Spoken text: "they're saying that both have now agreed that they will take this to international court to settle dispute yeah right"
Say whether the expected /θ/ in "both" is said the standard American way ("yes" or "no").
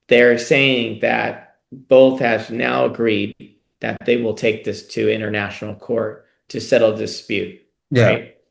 yes